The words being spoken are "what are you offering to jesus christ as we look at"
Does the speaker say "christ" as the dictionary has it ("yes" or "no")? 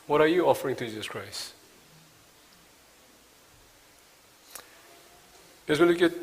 no